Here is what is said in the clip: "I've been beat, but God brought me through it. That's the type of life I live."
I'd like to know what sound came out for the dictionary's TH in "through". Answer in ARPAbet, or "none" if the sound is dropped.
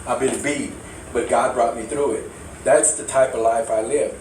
TH